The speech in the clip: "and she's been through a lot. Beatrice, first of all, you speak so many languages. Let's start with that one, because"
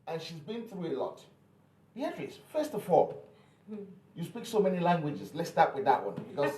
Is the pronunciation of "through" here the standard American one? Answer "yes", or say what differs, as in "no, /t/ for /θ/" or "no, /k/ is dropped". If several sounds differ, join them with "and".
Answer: yes